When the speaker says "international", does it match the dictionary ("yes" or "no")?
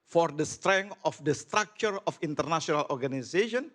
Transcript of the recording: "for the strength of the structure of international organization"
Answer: no